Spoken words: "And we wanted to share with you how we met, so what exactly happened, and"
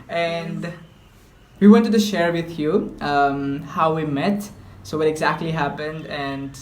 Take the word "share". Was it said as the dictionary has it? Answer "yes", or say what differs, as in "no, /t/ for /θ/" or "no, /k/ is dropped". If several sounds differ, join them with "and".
yes